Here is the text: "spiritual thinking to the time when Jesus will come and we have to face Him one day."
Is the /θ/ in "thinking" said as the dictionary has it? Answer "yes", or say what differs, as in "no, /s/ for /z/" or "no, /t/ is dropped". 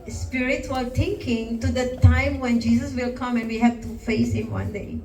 no, /t/ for /θ/